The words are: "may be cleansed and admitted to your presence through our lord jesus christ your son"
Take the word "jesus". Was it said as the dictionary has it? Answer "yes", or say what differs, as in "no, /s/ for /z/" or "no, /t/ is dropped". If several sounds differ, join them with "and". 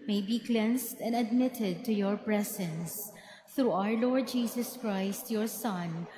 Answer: no, /s/ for /z/